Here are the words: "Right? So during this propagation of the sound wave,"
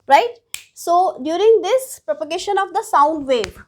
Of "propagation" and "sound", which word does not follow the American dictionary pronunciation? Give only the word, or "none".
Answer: none